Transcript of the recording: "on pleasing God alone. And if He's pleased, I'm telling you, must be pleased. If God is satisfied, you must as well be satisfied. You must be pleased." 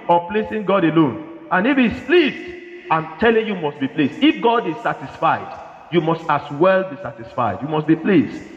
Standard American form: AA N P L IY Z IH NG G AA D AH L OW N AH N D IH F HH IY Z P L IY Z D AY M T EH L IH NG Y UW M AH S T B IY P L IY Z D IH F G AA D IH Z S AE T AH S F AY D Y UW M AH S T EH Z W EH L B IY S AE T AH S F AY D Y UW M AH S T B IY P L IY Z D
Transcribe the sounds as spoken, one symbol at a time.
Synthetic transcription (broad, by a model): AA P L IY S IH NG G AA D AH L OW N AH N IH F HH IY S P L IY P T AY M T EH L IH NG Y UW M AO S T B IY P L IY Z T IH F G AA D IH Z S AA T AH S F AY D Y UW M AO S T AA S W EH L B IY S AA T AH S F AY D Y UW M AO S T B IY P L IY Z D